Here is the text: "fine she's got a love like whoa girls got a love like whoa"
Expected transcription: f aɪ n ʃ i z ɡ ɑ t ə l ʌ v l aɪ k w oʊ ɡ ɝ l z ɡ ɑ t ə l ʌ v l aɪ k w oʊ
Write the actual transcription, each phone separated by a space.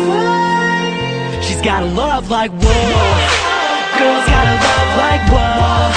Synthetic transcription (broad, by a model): ʃ i z ɡ ɑ t ə l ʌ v l aɪ k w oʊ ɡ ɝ z ɡ ɑ t ə l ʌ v l aɪ k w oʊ